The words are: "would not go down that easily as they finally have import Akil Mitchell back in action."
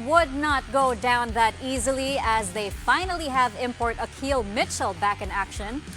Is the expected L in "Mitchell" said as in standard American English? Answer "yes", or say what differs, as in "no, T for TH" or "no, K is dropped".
yes